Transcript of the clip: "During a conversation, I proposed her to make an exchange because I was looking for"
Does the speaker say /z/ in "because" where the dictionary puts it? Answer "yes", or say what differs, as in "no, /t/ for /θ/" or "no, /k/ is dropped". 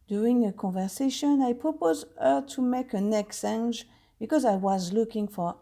yes